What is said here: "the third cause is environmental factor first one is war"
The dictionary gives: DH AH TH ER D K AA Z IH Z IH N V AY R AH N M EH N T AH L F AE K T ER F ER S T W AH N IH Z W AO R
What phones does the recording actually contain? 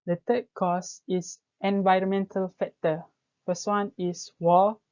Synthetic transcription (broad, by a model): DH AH T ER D K AA S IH S IH N V AY R AH N M EH N T AH L F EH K T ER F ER S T W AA N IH S W AO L